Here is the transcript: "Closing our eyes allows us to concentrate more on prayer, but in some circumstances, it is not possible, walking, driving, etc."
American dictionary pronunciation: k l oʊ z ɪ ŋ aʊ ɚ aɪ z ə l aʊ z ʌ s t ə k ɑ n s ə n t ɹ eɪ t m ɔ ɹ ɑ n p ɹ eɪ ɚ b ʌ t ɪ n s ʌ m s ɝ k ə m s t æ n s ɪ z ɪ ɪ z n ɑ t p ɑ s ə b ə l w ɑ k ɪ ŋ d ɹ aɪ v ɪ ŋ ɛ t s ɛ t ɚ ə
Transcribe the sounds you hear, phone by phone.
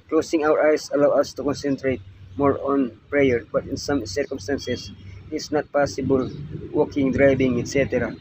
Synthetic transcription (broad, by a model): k l oʊ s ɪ ŋ aʊ ɚ aɪ s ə l aʊ ʌ s t ə k ɑ n s ə n t ɹ eɪ t m ɔ ɹ ɑ n p ɹ eɪ ɚ b ʌ t ɪ n s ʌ m s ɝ k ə m s t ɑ n s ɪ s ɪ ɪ s n ɑ t p ɑ s ə b ə l w ɑ k ɪ ŋ d ɹ aɪ b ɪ ŋ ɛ t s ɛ t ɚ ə